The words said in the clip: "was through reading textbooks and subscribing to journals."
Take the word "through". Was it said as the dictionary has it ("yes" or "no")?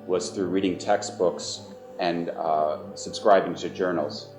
yes